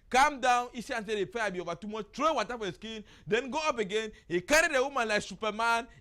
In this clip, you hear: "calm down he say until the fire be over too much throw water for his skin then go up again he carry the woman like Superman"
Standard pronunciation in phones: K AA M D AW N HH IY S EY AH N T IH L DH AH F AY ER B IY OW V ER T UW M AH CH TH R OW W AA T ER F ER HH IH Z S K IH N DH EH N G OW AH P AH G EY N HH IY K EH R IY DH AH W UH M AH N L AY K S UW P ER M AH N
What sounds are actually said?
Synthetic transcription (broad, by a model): K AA M D AW N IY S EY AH N S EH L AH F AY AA B IY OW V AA T UW M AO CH T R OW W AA T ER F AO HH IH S K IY N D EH N G OW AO P AH G EY N HH IY K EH R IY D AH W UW M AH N L AY K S UW P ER M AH N